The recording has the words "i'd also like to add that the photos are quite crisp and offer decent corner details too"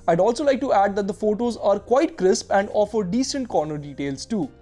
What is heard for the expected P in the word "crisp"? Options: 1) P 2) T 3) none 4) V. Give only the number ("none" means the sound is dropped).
1